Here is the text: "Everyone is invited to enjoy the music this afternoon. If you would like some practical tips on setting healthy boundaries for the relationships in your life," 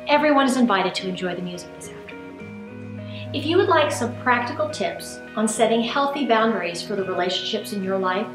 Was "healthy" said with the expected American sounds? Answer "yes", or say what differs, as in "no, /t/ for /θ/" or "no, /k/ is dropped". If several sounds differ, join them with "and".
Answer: yes